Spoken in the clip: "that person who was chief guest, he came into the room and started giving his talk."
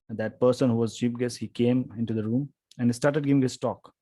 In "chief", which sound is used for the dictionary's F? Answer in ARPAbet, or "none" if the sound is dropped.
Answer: P